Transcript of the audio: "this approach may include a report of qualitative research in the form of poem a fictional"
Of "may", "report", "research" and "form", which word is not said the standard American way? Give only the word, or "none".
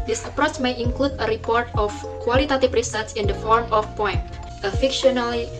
research